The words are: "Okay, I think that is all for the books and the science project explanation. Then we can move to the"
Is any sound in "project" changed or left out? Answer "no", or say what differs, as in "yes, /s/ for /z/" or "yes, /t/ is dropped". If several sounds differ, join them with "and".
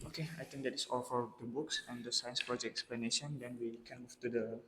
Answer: yes, /t/ is dropped